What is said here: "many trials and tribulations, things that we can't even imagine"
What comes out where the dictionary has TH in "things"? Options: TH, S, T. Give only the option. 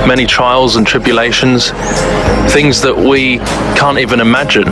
TH